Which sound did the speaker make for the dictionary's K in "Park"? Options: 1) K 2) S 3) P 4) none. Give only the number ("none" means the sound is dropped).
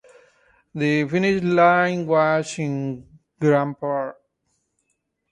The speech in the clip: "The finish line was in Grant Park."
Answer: 4